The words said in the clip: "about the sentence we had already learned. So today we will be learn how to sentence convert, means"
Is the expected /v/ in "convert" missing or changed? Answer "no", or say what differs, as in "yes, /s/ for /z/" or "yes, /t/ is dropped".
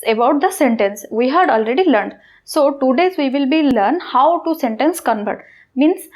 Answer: yes, /b/ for /v/